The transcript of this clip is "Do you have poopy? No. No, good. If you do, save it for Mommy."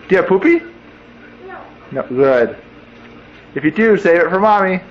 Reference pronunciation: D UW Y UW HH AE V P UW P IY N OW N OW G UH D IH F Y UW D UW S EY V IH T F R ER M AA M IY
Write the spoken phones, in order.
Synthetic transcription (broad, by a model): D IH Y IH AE P UW P IY N OW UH G UH D IH F Y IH D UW S EY V IH T F R ER M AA M IY